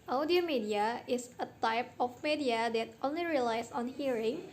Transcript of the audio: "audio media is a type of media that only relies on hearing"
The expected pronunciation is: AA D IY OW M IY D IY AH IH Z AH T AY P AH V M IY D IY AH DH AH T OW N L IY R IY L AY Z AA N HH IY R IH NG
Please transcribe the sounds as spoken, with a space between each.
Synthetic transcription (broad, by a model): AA D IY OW M IY D IY AH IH S AH T AY P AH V M IY D IY AH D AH T OW N L IY R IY L AY S AA N HH IY R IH NG